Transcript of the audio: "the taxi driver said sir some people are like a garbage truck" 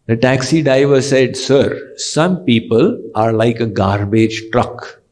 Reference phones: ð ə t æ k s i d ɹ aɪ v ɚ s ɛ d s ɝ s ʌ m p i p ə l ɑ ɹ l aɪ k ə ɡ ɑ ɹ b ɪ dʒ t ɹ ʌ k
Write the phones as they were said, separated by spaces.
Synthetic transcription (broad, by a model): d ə t æ k s i d aɪ v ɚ s ɛ d s ɝ s ʌ m p i p ə l ɑ ɹ l aɪ k ə ɡ ɑ ɹ b ɪ dʒ t ɹ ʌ k